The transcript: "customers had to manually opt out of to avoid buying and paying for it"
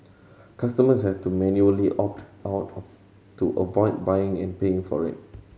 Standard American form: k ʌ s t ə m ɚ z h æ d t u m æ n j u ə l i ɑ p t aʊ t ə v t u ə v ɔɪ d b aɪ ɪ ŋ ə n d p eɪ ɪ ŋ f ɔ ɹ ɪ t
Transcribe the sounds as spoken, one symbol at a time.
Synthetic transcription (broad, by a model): k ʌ s t ə m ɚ s h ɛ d t u m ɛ n j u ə l i ɑ p t aʊ t t u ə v ɔɪ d b aɪ ɪ ŋ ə n p eɪ ɪ ŋ f ɔ ɹ ɪ t